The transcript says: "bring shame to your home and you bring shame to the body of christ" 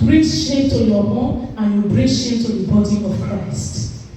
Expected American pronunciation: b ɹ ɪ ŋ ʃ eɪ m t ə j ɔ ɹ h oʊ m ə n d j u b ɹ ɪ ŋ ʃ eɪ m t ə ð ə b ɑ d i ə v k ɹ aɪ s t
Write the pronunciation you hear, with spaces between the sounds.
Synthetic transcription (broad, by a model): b ɹ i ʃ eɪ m t ə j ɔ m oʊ ə n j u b ɹ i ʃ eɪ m t ə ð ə b ɑ d i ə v k ɹ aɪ s t